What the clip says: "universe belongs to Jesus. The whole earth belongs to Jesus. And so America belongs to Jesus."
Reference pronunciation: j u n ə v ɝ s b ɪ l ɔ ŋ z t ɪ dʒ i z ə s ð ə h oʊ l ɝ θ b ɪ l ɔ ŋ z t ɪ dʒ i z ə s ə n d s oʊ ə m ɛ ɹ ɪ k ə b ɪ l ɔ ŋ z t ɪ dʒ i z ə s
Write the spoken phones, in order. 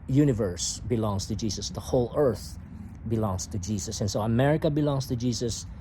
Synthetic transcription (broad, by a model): j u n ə v ɝ s b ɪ l ɔ ŋ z t ɪ dʒ i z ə s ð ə h oʊ l ɝ θ b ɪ l ɔ ŋ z t ɪ dʒ i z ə s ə n s oʊ ə m ɛ ɹ ɪ k ə b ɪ l ɔ ŋ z t ɪ dʒ i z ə s